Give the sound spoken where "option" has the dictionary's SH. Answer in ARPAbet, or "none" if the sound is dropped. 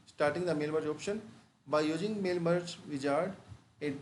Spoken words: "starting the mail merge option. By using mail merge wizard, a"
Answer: SH